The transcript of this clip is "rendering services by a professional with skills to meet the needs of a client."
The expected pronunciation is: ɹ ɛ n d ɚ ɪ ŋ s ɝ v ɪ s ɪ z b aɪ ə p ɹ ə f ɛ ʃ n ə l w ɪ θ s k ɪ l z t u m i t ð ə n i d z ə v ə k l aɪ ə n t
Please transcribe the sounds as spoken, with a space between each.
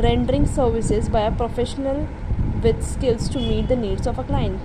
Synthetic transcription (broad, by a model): ɹ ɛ n d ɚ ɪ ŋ s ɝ v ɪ s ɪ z b aɪ ə p ɹ ə f ɛ ʃ n ə l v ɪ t s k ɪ l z t u m i t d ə n i d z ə f ə k l aɪ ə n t